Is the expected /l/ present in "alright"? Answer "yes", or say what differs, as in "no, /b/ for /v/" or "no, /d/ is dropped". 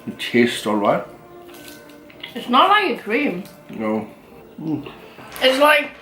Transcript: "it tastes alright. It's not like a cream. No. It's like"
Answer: yes